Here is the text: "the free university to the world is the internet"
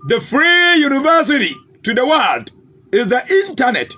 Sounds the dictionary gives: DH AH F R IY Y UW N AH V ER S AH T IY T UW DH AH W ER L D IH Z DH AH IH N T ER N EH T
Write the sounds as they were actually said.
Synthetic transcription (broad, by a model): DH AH F R IY Y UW N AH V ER S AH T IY T UW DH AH W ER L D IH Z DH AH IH N T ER N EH T